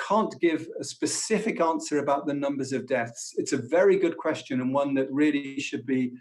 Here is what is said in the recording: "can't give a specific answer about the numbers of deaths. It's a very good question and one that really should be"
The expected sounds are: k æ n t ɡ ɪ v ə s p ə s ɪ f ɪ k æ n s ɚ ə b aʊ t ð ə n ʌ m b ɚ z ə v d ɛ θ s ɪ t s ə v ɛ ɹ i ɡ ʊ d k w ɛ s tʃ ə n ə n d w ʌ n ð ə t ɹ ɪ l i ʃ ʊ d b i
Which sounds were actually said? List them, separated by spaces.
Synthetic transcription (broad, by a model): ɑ n ɡ ɪ v ə s p ə s ɪ f ɪ k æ n s ɚ ə b aʊ t ð ə n ʌ m b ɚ z ə v d ɛ θ s ɪ t s ə v ɛ ɹ i ɡ ʊ d k w ɛ s tʃ ə n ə n w ʌ n ð ə t ɹ ɪ l i ʃ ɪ d b i